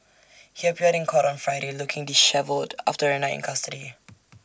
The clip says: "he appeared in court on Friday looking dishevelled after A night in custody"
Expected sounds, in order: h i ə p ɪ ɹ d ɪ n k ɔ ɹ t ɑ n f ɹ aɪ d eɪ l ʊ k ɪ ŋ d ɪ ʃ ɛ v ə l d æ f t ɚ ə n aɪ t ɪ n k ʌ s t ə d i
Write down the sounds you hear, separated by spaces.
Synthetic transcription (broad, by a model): h i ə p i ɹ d ɪ n k ɔ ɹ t ɑ n f ɹ aɪ d eɪ l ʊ k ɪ ŋ d ɪ ʃ ɛ v ə l d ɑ f t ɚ ə n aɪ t ɪ n k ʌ s t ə d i